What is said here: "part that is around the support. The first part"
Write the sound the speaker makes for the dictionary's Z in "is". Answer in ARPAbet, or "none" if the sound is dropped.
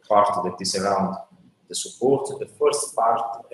S